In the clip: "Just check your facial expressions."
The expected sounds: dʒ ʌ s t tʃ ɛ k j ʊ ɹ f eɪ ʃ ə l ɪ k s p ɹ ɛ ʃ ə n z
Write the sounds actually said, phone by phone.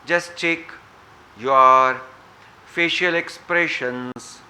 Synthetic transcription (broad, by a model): dʒ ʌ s t tʃ ɛ k j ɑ ɹ f eɪ ʃ ə l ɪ k s p ɹ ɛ ʃ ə n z